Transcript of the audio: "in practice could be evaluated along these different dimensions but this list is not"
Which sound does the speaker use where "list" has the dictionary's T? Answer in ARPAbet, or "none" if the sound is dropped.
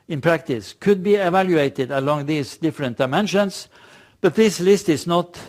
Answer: T